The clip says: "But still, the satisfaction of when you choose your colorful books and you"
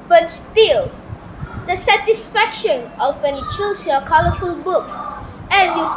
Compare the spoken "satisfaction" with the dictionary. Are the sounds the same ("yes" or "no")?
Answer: yes